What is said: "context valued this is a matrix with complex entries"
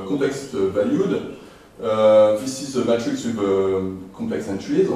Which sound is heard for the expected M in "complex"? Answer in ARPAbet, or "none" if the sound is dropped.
none